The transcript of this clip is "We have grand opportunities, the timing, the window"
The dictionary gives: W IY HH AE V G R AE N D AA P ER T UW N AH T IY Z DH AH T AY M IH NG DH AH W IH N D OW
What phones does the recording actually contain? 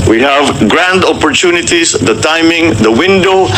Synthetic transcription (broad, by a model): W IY HH AE V G R AE N D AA P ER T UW N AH T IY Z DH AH T AY M IH NG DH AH W IH N D OW